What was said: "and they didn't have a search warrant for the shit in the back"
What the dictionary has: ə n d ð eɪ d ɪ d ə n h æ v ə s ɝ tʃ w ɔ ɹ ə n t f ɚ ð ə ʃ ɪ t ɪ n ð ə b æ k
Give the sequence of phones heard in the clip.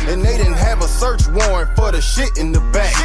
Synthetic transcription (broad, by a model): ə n ð eɪ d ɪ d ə v ə s ɝ tʃ w ɔ ɹ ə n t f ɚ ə ʃ ɪ t ɪ n ð ə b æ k